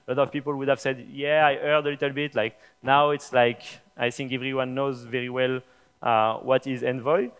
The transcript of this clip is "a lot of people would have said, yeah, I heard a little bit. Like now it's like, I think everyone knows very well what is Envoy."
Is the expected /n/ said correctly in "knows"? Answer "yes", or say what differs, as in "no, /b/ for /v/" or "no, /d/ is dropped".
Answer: yes